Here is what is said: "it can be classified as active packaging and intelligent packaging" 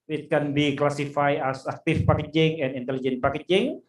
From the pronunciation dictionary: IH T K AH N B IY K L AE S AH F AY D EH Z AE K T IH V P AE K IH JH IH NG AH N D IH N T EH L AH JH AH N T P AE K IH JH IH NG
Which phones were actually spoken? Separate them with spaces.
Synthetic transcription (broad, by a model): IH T K AH N B IY K L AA S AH F AY EH S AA K T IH F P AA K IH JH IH NG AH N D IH N T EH L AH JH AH N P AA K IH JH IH NG